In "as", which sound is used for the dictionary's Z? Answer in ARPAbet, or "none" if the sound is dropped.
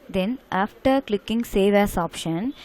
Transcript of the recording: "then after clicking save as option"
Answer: S